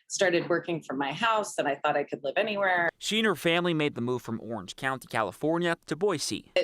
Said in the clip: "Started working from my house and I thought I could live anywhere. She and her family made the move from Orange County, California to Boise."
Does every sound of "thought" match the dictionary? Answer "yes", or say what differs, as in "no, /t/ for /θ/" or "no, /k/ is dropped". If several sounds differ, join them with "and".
yes